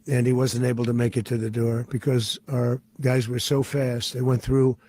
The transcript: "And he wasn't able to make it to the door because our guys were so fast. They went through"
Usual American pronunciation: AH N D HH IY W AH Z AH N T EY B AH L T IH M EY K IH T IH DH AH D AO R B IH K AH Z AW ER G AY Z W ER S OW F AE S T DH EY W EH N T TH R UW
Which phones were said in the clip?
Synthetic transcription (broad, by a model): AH N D IY W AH Z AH N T EY B L T IH M EY K IH T IH DH AH D AO R B IH K AH Z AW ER G AY Z W ER S OW F AE S T DH EY W EH N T TH R UW